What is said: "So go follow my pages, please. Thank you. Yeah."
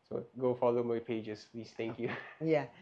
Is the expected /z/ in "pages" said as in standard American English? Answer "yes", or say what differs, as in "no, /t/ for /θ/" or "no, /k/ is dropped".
no, /s/ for /z/